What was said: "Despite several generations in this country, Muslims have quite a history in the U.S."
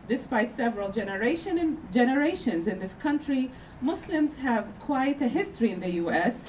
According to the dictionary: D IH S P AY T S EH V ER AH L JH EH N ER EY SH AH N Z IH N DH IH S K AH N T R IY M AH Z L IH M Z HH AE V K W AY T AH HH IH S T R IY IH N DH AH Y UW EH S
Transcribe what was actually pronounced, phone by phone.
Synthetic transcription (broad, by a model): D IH S P AY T S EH V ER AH N JH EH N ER EY SH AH N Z IH N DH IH S K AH N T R IY M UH S L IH M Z HH AE V K W AY T AH HH IH S T R IY IH N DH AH Y UW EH S